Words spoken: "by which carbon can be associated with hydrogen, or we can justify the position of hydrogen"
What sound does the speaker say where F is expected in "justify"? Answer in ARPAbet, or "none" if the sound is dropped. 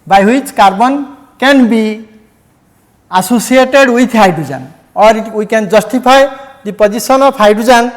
P